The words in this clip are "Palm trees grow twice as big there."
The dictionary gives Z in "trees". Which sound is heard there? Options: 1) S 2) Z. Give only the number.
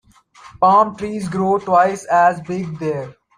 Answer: 2